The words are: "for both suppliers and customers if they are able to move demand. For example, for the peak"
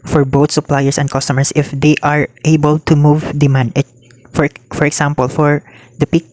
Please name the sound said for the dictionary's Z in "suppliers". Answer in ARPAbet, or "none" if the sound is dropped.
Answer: S